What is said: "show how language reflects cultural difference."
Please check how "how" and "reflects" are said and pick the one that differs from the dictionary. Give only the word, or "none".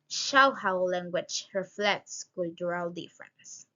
none